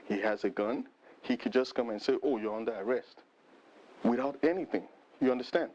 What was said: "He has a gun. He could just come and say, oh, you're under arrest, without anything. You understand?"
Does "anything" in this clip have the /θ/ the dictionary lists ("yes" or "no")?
yes